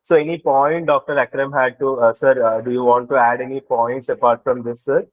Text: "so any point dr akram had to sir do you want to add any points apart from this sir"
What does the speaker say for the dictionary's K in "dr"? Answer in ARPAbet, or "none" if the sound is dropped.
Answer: K